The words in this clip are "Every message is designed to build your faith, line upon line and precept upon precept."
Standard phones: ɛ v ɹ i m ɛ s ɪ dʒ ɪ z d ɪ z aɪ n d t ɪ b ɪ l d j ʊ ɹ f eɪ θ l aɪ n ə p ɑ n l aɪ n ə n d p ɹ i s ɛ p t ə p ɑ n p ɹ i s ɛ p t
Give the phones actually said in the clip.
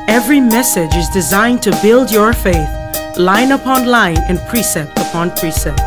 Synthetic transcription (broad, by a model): ɛ v ɹ i m ɛ s ɪ dʒ ɪ z d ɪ z aɪ n t ɪ b ɪ l d j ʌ ɹ f eɪ θ l aɪ n ə p ɑ n l aɪ n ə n p ɹ i s ɛ p t ə p ɑ n p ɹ i s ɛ p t